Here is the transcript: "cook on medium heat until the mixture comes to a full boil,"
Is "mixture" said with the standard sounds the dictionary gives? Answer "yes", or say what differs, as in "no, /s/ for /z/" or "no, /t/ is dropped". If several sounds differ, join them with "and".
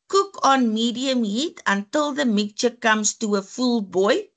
no, /s/ is dropped